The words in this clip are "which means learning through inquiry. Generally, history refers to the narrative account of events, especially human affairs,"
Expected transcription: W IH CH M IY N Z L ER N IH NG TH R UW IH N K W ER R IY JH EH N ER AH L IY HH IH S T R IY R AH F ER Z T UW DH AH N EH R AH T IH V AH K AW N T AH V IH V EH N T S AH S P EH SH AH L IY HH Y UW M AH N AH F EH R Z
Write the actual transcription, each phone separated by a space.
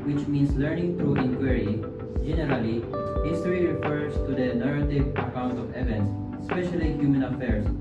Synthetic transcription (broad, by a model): W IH CH M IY N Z L ER N IH NG T R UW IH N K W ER R IY JH EH N ER AH L IY HH IH S T R IY R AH F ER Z T UW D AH N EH R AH T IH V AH K AW N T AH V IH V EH N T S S P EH SH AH L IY HH Y UW M AH N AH F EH R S